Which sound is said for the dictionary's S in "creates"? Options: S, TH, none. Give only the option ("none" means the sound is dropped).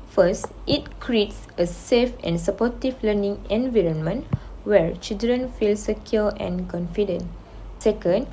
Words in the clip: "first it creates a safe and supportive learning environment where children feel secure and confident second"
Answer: S